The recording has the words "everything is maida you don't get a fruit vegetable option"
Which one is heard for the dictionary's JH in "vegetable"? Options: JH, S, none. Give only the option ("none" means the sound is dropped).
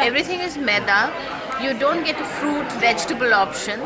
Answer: JH